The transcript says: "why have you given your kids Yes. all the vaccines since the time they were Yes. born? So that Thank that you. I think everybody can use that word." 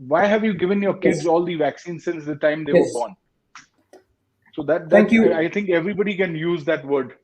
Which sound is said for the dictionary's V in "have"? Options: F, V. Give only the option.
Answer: V